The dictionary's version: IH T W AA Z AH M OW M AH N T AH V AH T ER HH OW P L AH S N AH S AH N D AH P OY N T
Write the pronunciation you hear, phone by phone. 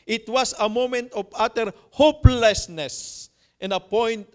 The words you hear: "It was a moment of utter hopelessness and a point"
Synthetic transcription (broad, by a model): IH T W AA S AH M OW M AH N T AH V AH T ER HH OW P L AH S N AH S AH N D AH P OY N T